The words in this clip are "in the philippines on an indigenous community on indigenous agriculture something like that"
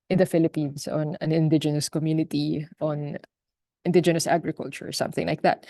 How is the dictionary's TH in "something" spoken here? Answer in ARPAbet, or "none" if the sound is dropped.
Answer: TH